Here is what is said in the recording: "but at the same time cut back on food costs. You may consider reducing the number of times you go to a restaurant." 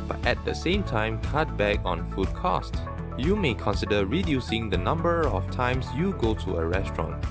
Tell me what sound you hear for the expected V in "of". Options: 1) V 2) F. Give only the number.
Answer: 2